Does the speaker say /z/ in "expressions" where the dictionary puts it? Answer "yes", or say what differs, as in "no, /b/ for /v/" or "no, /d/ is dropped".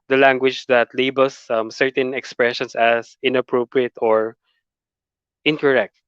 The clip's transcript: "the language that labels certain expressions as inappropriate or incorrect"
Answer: no, /s/ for /z/